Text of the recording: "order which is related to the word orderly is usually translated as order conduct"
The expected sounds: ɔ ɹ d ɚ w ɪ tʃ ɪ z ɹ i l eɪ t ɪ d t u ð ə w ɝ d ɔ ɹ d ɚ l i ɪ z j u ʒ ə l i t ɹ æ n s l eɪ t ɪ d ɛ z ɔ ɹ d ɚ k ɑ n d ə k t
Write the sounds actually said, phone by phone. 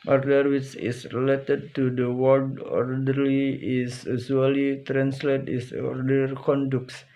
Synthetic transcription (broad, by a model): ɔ ɹ d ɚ w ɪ tʃ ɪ s ɹ i l eɪ t ɪ d t u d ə w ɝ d ɔ ɹ d ɚ l i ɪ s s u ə l i t ɹ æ n s l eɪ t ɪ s ɔ ɹ d ɚ k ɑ n d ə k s